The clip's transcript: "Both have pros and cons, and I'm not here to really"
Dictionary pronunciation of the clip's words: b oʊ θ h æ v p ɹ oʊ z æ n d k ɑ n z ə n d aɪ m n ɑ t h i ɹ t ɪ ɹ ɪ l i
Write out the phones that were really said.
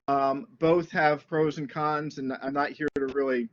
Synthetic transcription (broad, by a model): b oʊ θ h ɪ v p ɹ oʊ z n k ɑ n z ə n aɪ m n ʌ t h i ɹ t ɪ ɹ ɪ l i